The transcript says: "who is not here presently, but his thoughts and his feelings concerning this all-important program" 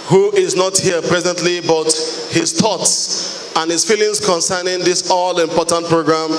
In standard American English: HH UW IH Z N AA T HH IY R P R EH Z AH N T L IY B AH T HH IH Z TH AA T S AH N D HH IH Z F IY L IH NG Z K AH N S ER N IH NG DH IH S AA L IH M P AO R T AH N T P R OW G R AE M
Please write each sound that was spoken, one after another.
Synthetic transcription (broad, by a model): HH UW IH Z N AA T HH IY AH P R EH Z AH N T L IY B AH T HH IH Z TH AA T S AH N HH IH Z F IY L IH NG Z K AH N S ER N IH NG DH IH S AA L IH M P AO T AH N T P R OW G R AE M